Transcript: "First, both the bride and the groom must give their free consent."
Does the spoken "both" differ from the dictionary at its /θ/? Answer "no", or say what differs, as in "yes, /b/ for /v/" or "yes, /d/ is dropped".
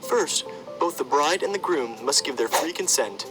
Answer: no